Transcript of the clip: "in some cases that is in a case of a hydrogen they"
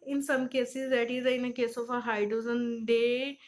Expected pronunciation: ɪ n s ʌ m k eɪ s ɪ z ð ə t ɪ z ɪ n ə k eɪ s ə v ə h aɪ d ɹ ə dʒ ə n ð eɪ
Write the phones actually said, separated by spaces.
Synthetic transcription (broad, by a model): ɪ n s ʌ m k eɪ s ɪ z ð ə t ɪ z ɪ n ə k eɪ s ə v ə h aɪ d ə z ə n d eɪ